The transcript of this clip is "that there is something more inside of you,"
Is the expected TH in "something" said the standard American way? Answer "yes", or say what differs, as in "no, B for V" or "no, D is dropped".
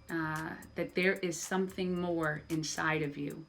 yes